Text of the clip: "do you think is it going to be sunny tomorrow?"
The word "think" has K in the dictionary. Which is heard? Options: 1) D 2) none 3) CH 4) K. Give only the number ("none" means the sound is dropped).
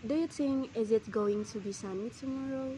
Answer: 2